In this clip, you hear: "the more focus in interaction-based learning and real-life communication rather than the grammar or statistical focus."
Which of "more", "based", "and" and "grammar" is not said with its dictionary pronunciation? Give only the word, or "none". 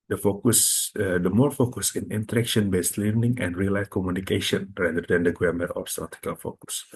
grammar